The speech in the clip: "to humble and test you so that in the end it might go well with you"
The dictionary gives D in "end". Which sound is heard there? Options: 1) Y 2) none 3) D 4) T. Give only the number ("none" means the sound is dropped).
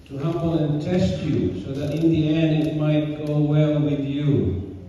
2